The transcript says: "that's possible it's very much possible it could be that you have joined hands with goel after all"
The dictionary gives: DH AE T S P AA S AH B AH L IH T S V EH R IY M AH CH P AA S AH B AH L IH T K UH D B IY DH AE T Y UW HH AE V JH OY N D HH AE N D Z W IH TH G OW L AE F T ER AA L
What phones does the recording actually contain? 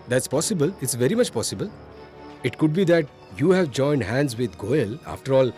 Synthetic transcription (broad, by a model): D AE T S P AA S AH B AH L IH T S V EH R IY M AH CH P AA S AH B AH L IH T K UH D B IY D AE T Y UW HH AE V JH OY N D HH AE N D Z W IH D G OW L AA F T ER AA L